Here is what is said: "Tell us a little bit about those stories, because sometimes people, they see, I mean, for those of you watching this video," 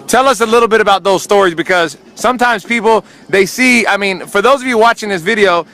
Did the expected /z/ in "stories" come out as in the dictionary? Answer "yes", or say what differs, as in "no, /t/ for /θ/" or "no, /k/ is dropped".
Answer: yes